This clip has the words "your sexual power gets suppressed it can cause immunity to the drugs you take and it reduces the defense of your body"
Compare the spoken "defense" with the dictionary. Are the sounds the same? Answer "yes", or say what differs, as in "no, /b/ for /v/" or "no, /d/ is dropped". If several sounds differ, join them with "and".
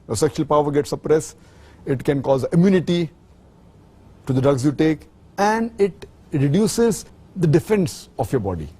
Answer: yes